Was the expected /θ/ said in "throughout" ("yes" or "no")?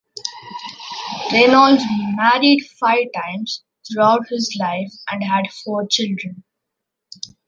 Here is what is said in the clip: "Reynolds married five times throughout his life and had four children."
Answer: no